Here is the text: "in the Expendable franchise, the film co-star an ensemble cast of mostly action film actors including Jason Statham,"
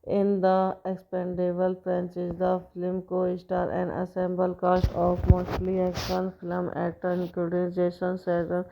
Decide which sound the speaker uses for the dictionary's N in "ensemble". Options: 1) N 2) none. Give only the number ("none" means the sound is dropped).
2